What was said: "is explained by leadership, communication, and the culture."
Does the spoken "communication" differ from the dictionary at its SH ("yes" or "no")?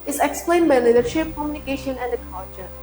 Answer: no